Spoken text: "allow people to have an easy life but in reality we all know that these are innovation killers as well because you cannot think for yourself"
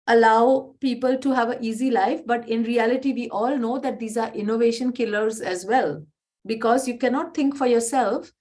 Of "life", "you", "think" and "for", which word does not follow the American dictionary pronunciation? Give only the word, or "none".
think